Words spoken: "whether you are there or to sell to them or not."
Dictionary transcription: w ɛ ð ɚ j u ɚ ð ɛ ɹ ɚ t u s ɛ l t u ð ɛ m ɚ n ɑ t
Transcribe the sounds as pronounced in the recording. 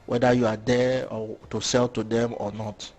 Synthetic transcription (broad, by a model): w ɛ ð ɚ j u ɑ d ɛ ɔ t u s ɛ l t u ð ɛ m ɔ n ɑ t